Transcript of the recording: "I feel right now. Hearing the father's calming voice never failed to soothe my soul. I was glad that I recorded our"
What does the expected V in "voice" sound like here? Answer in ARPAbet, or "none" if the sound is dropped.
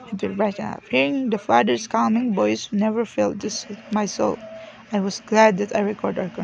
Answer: B